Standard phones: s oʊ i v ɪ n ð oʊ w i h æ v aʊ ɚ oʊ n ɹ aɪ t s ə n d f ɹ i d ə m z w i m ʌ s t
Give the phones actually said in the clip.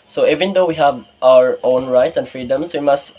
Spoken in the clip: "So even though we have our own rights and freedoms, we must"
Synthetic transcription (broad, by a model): s oʊ i v ɪ n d oʊ w i h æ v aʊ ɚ oʊ n ɹ aɪ t s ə n f ɹ i d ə m s w i m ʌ s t